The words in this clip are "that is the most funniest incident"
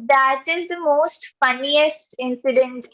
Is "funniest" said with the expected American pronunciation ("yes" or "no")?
yes